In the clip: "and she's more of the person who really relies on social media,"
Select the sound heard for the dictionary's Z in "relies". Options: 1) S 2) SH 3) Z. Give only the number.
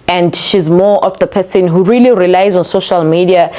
3